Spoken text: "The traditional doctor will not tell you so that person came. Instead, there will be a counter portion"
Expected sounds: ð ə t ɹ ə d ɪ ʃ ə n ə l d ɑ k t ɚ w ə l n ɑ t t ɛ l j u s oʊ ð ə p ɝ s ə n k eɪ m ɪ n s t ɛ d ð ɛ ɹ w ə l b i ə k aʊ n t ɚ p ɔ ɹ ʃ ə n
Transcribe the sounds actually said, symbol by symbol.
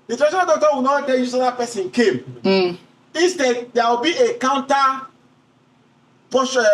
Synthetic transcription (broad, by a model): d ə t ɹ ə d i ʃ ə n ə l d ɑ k t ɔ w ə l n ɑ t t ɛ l j u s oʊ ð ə p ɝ s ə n k eɪ m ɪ s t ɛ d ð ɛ w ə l b i ə k aʊ n t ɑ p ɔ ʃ